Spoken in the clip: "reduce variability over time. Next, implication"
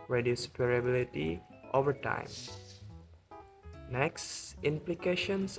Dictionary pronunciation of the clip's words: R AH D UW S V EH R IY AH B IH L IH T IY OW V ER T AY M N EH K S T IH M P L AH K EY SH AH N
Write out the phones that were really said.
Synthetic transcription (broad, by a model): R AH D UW S P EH R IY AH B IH L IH T IY OW V ER T AY M N EH K S T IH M P L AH K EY SH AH N